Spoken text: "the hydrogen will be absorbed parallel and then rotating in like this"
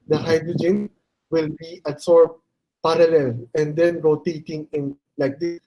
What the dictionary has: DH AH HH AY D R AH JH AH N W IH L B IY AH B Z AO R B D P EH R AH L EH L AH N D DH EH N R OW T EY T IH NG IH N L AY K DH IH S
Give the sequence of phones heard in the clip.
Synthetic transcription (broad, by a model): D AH HH AY D R AH JH AH N W IH L B IY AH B S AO R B P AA R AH L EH L AH N D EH N R OW T EY T IH NG IH N L AY K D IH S